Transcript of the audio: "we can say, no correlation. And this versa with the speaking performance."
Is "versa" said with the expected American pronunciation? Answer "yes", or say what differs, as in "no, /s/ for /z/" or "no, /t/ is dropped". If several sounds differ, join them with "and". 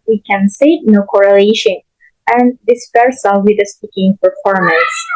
no, /p/ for /v/